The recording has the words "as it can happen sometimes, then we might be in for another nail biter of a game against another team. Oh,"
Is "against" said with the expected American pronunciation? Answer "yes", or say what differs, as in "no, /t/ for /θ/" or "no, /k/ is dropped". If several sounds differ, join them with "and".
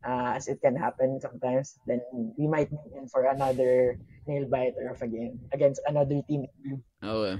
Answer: yes